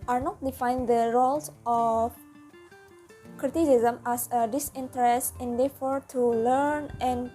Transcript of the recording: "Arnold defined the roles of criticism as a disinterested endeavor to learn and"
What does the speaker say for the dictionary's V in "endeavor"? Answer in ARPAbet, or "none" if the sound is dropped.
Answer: F